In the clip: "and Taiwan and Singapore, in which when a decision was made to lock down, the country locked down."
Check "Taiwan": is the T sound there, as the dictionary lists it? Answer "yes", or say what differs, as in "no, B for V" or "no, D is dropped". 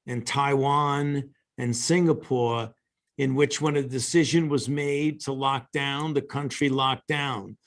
yes